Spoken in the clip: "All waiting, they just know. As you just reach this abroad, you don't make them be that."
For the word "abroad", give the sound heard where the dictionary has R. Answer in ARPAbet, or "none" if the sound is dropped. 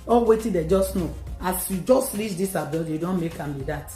none